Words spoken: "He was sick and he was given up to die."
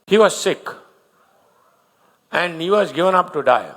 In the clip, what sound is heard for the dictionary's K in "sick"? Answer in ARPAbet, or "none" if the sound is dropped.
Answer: K